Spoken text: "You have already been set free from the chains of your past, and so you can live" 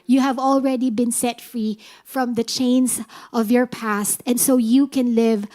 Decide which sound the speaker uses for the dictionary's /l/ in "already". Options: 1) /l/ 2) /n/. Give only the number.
1